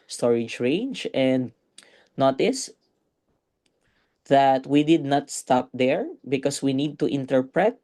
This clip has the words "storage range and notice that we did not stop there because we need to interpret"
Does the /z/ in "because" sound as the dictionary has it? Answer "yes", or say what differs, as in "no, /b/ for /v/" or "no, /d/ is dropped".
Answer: no, /s/ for /z/